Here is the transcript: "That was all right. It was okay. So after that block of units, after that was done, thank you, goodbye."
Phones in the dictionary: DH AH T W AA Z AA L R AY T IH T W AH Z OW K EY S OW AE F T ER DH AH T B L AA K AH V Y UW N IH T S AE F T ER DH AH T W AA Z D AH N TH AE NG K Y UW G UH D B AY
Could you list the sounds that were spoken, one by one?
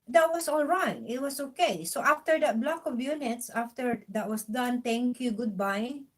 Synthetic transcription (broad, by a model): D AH T W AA S AA L R AY T IH T W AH S OW K EY S OW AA F T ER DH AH T B L AA K AH V Y UW N IH T S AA F T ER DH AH T W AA S D AH N T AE NG K Y UW G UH D B AY